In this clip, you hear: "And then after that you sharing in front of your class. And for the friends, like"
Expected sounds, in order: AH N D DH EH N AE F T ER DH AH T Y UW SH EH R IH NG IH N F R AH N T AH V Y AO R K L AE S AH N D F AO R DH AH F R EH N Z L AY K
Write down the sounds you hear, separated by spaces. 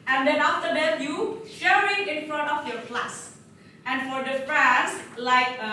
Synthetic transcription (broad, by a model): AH N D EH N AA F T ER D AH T Y UW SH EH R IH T IH N F R AH N T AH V Y AO R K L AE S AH N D F AO R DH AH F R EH N S L AY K